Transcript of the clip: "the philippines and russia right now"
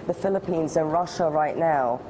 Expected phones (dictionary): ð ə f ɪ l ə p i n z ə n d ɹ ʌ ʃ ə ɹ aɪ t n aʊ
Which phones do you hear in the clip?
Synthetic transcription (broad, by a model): ð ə f ɪ l ə p i n z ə n ɹ ʌ ʃ ə ɹ aɪ t n aʊ